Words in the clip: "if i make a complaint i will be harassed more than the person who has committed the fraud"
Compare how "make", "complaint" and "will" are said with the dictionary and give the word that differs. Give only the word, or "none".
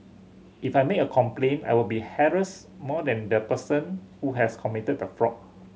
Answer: complaint